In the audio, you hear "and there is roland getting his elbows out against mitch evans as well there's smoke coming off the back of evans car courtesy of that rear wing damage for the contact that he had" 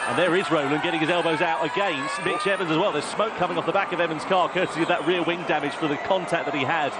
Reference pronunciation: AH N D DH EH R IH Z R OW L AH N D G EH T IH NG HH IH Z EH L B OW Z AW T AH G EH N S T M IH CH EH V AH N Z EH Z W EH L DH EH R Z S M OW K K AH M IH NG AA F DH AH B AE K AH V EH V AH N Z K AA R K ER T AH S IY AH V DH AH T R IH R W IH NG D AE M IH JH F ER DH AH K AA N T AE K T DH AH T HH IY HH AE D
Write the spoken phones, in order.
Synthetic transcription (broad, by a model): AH N DH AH R IH Z R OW L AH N G EH T IH NG IH Z EH L B OW Z AW T AH G EH N S T M IH CH EH V AH N Z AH Z W EH L DH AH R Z S M OW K K AH M IH NG AA F DH AH B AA K AH V EH V AH N Z K AA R K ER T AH IY DH AH T R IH L W IH NG D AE M IH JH F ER DH AH K AA N T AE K DH AH T HH IY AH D